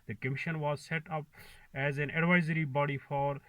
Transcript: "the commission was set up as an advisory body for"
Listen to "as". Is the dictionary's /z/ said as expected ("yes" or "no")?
yes